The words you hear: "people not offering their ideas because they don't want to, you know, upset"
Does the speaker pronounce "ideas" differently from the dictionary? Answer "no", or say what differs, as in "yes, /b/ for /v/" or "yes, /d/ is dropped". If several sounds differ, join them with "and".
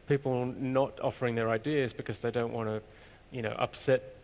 no